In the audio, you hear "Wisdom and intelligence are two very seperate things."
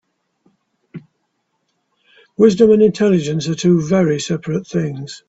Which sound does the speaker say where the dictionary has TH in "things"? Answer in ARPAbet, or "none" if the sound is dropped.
TH